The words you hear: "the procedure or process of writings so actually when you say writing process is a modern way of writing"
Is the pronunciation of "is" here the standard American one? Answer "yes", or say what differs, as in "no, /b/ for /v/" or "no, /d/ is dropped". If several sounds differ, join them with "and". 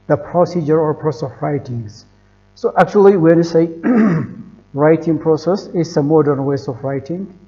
no, /s/ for /z/